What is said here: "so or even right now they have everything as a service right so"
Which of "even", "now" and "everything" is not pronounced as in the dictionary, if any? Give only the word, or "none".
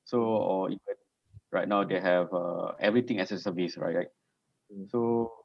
everything